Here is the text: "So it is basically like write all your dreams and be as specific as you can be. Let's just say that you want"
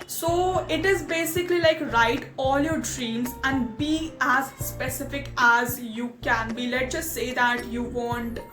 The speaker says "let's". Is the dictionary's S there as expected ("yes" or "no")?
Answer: no